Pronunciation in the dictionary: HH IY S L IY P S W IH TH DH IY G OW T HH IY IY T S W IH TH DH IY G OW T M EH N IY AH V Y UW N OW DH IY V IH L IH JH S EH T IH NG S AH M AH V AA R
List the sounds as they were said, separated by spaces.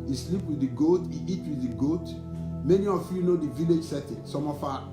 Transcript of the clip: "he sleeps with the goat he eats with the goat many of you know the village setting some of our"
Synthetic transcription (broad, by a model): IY S L IY P W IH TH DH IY G OW T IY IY T W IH DH IY G OW T M EH N IY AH F Y UW N OW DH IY V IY L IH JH S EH T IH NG S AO M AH F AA